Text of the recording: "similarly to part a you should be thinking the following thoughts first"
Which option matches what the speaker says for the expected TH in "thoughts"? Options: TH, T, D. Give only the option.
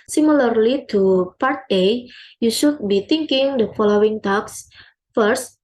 T